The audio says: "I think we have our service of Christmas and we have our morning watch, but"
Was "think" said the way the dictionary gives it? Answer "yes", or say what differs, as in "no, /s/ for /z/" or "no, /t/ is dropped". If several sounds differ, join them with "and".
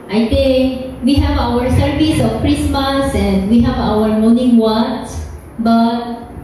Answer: no, /t/ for /θ/